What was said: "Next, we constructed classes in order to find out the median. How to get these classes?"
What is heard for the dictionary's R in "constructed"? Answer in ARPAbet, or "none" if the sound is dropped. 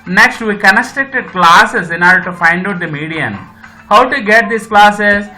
none